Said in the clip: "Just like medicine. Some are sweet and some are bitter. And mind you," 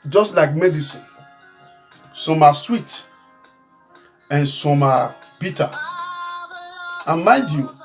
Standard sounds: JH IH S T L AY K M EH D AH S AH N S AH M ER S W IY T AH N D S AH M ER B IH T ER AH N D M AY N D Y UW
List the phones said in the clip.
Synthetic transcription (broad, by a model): JH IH S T L AY K M EH D AH S AH N S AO M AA S W IY T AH N S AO M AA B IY T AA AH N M M AY D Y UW